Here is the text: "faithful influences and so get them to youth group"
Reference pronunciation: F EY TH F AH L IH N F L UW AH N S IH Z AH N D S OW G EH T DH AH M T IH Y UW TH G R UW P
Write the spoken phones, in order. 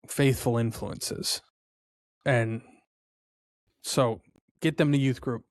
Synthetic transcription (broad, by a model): F EY TH F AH L IH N F L UW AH N S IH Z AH N S OW G EH T DH AH M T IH Y UW TH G R UW P